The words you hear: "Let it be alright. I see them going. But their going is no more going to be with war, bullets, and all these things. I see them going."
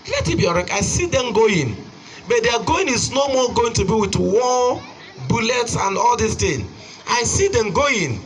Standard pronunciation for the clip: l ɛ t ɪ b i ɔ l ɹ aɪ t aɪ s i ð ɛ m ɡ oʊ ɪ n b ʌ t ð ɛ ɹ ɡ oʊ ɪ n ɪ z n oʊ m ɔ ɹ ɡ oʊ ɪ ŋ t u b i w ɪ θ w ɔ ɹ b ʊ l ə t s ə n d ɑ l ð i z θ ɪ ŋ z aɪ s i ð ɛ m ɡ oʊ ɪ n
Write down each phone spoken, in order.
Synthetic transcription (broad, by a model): l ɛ t ɪ b i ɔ ɹ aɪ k aɪ s i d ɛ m ɡ oʊ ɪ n b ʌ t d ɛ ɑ ɡ oʊ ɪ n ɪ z n oʊ m ɔ ɡ oʊ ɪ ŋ t u b i w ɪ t w ɔ b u l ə t s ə n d ɑ l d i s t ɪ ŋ aɪ s i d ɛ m ɡ oʊ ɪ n